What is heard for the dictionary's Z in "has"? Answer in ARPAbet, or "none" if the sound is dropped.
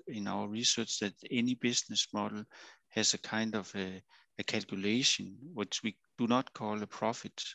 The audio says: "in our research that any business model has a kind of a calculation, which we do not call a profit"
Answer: S